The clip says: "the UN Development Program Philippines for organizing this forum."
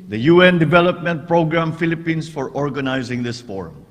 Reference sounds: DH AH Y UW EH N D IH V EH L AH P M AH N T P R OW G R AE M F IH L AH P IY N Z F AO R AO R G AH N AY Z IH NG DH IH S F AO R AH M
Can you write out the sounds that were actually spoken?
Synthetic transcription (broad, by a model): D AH Y UW EH N D IH V EH L AH P M AH N T P R OW G R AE M F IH L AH P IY N S F AO R AO R G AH N AY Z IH NG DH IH S F AO R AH M